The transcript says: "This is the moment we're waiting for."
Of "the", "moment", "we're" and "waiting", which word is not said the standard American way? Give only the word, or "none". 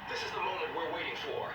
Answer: none